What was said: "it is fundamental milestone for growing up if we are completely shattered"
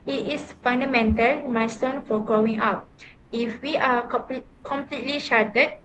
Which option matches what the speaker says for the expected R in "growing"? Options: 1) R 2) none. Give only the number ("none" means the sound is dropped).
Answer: 2